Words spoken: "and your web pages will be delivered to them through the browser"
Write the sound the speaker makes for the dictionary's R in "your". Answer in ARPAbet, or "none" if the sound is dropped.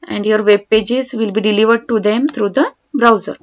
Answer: R